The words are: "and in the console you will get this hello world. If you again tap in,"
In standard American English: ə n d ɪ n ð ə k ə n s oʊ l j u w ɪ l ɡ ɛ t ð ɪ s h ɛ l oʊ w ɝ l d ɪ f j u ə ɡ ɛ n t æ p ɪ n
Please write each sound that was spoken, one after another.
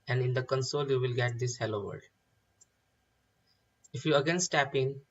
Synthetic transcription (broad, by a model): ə n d ɪ n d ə k ə n s oʊ l j u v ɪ l ɡ ɛ t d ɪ s h ɛ l oʊ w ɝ d ɪ f j u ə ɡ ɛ n t æ p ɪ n